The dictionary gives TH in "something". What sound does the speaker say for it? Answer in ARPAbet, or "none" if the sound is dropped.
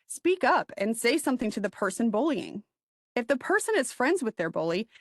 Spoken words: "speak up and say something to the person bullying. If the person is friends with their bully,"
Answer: TH